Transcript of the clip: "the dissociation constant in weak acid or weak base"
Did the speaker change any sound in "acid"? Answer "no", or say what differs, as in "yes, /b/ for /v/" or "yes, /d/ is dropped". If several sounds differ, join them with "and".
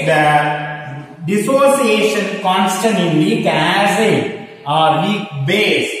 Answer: yes, /d/ is dropped